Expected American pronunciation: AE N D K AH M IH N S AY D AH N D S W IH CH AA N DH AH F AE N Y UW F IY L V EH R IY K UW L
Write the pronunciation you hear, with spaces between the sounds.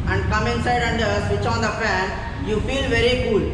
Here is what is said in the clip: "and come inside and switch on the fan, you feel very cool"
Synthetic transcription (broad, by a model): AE N D K AH M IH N S AY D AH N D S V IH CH AA N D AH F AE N Y UW F IY L V EH R IY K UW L